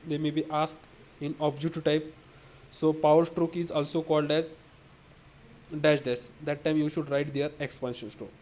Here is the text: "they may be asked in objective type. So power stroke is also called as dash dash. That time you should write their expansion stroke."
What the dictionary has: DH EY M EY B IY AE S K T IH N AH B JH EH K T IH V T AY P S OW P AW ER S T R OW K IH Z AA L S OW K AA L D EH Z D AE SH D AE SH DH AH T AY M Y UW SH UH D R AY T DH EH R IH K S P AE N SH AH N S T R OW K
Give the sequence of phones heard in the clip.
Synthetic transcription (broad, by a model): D EY M EY B IY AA S K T IH N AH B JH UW T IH T AY P S OW P AW ER S T R OW K IH Z AA L S OW K AA L D EH Z D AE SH D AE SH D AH T AY M Y UW SH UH D R AY T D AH R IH K S P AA N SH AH N S T R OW K